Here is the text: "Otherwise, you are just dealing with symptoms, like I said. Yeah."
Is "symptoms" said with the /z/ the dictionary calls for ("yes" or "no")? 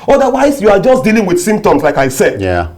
no